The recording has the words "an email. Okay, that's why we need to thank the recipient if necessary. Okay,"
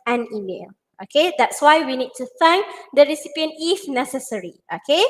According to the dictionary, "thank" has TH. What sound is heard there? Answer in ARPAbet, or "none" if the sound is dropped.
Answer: F